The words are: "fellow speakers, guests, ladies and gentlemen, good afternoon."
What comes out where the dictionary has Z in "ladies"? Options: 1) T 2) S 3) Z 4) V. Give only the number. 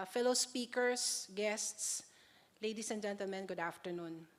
2